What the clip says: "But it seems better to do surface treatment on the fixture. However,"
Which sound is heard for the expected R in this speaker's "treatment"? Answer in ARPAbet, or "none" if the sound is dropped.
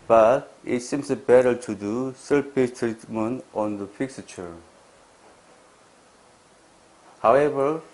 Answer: R